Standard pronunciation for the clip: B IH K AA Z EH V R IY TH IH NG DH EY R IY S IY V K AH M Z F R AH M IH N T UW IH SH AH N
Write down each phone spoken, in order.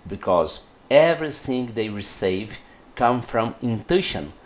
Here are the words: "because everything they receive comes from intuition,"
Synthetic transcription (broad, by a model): B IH K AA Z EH V R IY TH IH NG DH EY R IY S IY V K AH M F R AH M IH N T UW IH SH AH N